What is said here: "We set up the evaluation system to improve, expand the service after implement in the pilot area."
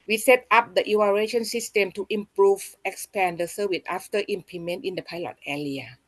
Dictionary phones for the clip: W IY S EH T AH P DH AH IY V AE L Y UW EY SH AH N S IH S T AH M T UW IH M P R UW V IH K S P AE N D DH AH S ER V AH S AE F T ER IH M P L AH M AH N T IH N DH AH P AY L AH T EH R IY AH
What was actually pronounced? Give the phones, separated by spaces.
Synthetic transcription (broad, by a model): W IY S EH T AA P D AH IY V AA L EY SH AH N S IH S T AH M T UW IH M P R UW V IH K S P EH N D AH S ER W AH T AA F T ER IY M P AH M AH N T IH N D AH P AY L AH T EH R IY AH